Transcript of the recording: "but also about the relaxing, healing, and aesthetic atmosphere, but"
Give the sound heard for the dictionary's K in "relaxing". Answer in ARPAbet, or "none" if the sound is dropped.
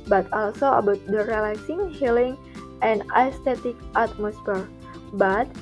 none